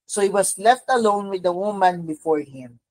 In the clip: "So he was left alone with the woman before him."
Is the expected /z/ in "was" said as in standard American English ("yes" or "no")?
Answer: no